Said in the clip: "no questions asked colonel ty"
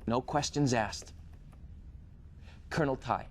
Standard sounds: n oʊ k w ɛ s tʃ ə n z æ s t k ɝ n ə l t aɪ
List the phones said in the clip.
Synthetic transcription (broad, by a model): n oʊ k w ɛ s tʃ ə n z æ s t k ɝ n l t aɪ